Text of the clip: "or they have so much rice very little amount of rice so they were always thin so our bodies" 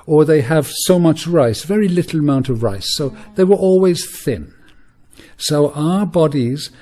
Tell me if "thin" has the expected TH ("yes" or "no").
yes